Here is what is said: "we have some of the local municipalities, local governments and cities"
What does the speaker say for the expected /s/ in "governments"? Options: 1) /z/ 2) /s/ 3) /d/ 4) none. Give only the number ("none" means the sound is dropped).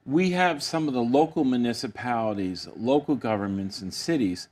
2